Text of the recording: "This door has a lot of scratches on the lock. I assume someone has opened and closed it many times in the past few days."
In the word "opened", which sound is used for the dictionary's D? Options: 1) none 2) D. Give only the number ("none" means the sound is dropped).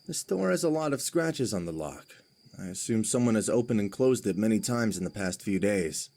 1